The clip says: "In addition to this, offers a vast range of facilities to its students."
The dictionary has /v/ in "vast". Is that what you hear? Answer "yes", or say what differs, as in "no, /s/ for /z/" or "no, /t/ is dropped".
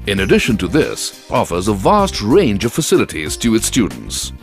yes